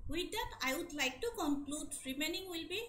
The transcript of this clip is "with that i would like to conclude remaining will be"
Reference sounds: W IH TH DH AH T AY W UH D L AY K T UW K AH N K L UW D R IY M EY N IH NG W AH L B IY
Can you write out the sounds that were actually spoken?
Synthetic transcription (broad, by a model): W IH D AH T AY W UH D L AY K T UW K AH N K L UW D R IY M EY N IH NG W AH L B IY